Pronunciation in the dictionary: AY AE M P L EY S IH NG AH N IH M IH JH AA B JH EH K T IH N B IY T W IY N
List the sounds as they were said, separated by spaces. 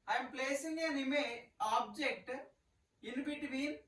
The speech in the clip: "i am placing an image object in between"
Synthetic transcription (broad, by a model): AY M P L EY S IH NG AH N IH M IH AA B JH EH K T IH N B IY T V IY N